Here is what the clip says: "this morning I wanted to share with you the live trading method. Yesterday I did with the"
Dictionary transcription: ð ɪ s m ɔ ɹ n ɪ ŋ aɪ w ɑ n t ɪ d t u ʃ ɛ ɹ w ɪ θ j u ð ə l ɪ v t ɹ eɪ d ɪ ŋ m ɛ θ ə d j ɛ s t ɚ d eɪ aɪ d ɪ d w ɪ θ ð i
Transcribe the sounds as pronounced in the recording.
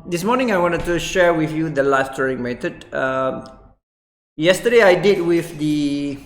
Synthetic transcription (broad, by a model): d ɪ s m ɔ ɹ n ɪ ŋ aɪ w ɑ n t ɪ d t u ʃ ɛ ɹ w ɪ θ j u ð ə l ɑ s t eɪ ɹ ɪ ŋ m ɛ t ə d j ɛ s t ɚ d eɪ aɪ d ɪ d w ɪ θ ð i